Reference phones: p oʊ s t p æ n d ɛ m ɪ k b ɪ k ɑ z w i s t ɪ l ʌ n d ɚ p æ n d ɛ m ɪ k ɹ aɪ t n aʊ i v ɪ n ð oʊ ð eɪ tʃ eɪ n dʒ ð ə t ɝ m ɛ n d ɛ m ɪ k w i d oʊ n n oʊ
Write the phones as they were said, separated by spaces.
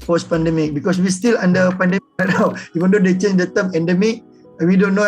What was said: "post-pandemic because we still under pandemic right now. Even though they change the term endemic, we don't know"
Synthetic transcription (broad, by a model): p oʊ s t p æ n d ɛ m ɪ k b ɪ k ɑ s w i s t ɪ l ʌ n d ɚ p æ n d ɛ ɪ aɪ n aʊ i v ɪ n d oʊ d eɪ tʃ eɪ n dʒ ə t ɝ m ɛ n d ɛ m ɪ k w i d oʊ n n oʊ